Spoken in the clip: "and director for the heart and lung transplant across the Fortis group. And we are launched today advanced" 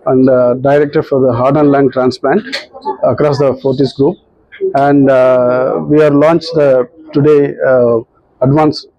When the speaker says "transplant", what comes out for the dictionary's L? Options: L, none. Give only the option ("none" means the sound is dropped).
L